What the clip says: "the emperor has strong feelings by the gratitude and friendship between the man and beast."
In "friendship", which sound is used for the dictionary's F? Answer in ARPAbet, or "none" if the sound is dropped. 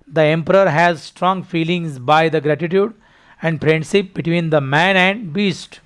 P